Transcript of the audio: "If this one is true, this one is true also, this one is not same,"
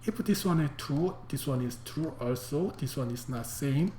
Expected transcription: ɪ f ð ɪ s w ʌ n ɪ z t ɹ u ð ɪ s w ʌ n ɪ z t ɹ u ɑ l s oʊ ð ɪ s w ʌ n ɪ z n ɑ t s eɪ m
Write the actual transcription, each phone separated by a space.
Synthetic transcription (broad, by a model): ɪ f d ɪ s w ʌ n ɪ t ɹ u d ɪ s w ʌ n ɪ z t ɹ u ɑ l s oʊ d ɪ s w ʌ n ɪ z n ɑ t s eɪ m